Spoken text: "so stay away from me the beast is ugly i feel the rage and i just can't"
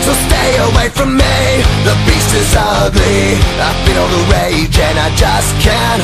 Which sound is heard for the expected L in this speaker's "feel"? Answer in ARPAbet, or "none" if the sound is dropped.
N